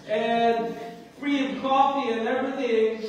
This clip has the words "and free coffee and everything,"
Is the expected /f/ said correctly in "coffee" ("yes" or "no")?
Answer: yes